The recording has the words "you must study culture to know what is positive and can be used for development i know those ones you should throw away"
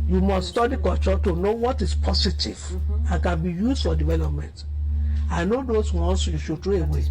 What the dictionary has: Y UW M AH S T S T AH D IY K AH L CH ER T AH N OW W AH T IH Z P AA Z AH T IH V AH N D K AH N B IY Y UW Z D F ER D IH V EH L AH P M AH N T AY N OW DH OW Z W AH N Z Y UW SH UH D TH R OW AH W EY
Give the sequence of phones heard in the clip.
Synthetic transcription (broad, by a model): Y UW M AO S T S T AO D IY K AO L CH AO T AH N OW W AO T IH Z P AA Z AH T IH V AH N K AH N B IY Y UW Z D F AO D IH V EH L AH P M AH N T AY N OW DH OW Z W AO N S Y UW SH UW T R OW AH W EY